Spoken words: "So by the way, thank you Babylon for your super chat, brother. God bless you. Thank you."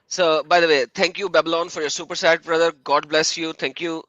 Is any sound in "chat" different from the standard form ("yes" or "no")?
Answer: yes